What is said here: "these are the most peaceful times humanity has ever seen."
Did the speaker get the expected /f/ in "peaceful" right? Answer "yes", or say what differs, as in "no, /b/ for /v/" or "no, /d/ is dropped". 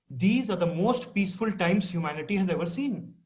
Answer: yes